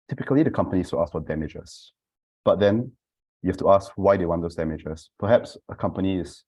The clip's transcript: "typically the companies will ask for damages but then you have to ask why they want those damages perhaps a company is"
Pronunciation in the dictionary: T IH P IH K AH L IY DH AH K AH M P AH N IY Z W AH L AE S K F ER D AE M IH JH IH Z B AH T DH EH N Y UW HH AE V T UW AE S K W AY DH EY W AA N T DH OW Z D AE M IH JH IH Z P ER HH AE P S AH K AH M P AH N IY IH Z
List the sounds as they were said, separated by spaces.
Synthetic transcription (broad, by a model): T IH P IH K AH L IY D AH K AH M P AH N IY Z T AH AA S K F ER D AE M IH JH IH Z B AH T DH EH N Y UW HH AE F T UW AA S K W AY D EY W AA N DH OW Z D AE M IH JH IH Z P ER HH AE P S AH K AH M P AH N IY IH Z